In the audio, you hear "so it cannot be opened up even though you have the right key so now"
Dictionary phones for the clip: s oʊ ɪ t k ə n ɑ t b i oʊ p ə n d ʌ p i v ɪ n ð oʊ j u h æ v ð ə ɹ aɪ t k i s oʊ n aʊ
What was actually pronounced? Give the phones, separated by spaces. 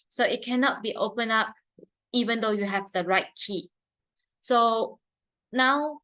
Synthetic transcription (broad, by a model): s oʊ ɪ t k ə n ɑ t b i oʊ p ə n ɑ p i v ɪ n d oʊ j u h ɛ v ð ə ɹ aɪ t k i s oʊ n aʊ